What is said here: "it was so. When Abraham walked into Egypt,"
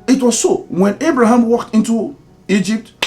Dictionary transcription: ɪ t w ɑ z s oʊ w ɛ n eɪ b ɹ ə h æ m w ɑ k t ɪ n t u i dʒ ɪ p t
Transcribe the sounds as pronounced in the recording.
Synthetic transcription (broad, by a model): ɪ t w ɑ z s oʊ w ɛ n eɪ b ɹ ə h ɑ m w ɑ k t ɪ n t u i dʒ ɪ p t